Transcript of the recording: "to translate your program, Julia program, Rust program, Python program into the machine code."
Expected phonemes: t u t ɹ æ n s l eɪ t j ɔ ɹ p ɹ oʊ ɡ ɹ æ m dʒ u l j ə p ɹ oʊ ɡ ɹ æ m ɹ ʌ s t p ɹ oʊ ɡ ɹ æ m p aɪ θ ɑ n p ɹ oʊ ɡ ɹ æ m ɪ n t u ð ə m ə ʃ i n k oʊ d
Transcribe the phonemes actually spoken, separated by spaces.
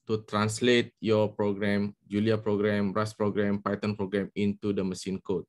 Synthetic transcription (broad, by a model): t u t ɹ æ n s l eɪ t j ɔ p ɹ oʊ ɡ ɹ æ m dʒ u l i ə p ɹ oʊ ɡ ɹ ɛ m ɹ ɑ s p ɹ oʊ ɡ ɹ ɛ m p aɪ t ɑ n p ɹ oʊ ɡ ɹ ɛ m ɪ n t u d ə m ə s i n k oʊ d